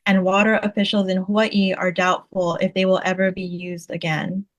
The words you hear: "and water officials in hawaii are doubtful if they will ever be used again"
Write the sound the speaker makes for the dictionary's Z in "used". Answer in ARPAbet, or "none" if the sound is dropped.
Z